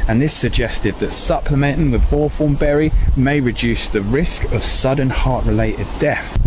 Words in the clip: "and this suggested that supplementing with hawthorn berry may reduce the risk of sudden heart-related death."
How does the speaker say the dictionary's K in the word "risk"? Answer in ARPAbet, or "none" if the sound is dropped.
K